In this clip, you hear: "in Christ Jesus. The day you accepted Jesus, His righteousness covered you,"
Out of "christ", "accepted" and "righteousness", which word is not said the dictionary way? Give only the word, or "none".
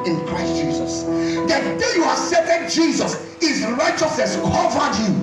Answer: accepted